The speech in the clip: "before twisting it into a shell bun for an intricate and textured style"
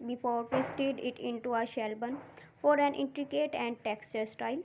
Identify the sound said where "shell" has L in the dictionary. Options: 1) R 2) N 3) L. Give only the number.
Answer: 3